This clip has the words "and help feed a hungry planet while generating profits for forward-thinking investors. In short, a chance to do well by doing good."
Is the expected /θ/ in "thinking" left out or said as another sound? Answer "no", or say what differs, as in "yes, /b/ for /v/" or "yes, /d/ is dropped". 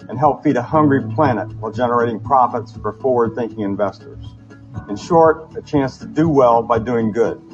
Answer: no